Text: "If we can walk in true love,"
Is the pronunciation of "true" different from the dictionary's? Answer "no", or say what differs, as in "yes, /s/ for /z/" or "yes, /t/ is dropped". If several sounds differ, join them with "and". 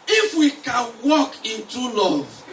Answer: yes, /ɹ/ is dropped